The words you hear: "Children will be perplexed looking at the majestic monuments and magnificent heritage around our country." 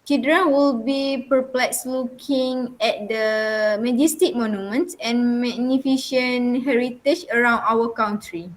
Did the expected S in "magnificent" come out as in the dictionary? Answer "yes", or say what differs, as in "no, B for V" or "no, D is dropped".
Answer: no, SH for S